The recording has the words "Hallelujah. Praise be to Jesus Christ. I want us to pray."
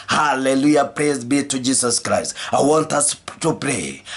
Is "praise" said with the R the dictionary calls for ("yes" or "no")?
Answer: yes